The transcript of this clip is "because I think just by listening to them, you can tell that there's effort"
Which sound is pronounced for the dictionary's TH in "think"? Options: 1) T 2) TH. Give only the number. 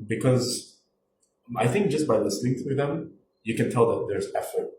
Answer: 2